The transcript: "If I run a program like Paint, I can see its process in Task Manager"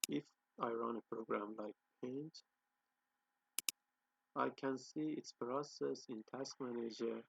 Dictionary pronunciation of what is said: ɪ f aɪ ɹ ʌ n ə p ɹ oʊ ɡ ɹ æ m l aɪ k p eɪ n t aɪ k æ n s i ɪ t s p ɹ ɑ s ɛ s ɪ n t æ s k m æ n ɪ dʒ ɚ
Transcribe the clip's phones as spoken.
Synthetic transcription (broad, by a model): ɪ f aɪ ɹ ʌ n ə p ɹ oʊ ɡ ɹ æ m l aɪ k p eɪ n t aɪ k æ n s i ɪ t s p ɹ ɑ s ɛ s ɪ n t æ s k m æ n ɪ dʒ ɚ